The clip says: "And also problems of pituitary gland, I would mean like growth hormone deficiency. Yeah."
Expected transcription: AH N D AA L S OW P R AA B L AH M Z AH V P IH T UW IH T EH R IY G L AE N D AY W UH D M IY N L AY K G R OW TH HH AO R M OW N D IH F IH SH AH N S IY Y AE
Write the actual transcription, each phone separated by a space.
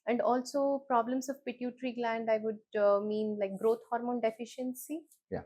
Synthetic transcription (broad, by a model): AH N D AA L S OW P R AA B L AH M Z AH V P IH T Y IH T R IY G L AE N D AY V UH D M IY N L AY K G R OW T HH AO R M OW N D IH F IH SH AH N S IY Y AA